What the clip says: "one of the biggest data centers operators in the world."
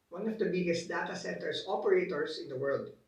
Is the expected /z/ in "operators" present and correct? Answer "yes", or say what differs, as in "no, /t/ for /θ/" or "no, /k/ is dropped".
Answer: no, /s/ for /z/